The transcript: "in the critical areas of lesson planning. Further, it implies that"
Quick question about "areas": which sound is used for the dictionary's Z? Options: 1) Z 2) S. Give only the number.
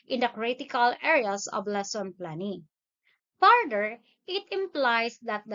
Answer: 2